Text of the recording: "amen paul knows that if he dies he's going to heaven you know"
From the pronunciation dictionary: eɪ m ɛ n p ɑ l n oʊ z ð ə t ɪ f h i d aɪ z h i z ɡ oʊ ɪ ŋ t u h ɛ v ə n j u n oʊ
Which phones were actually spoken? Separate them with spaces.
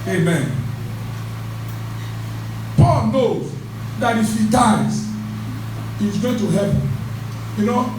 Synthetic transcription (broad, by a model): eɪ m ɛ n p ɑ l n oʊ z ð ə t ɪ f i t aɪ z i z ɡ oʊ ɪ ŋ t u h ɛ p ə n j u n oʊ